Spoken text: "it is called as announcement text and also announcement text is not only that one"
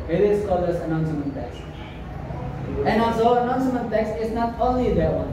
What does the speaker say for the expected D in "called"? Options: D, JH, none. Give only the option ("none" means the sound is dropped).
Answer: none